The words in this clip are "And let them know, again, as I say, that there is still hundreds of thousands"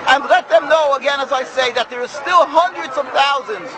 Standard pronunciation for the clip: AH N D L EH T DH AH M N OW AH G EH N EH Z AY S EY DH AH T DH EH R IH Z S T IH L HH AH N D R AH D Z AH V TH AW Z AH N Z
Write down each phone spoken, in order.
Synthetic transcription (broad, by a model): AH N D L EH T DH AH M N OW AH G EH N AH Z AY S EY DH AH T DH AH R S T IH L HH AH N D R AH D Z AH V TH AW Z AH N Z